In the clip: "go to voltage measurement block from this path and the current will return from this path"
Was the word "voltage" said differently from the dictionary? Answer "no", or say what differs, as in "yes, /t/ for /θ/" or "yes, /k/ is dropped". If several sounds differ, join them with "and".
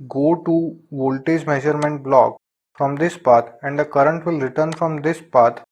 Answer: no